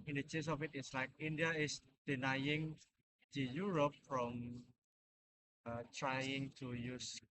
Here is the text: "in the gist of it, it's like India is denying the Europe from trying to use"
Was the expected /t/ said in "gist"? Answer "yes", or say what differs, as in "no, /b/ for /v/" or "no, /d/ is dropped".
no, /t/ is dropped